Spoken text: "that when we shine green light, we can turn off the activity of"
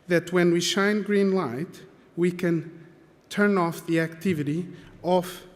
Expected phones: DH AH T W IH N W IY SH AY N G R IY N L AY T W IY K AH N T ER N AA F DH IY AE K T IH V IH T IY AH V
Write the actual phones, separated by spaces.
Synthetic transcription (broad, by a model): DH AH T W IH N W IY SH AY N G R IY N L AY T W IY K AH N T ER N AA F DH IY AE K T IH V IH T IY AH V